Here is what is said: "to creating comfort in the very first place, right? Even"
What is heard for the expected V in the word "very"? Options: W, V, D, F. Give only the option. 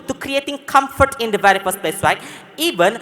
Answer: V